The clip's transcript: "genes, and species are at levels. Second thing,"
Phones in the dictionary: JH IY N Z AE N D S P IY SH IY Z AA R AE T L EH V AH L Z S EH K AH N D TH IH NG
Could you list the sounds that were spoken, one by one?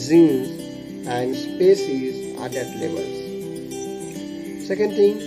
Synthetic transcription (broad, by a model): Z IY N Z AE N D S P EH S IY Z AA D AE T L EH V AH L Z S EH K AH N D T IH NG